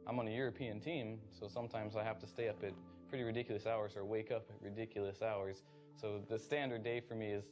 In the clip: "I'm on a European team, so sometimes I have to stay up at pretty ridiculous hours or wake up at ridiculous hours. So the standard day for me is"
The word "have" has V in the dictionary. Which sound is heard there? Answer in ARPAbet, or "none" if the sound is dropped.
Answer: F